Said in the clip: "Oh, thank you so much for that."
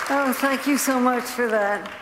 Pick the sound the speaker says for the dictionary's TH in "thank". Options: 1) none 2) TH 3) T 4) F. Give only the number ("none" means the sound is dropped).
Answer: 2